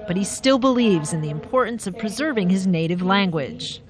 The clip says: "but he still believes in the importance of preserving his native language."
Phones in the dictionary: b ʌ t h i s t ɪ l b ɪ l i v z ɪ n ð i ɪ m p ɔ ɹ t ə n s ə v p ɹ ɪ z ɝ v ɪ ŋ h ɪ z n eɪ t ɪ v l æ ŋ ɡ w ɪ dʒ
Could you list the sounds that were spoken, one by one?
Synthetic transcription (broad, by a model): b ʌ t h i s t ɪ l b ɪ l i v z ɪ n ð i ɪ m p ɔ ɹ t n s ə v p ɹ ɪ z ɝ v ɪ ŋ ɪ z n eɪ t ɪ v l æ ŋ ɡ w ɪ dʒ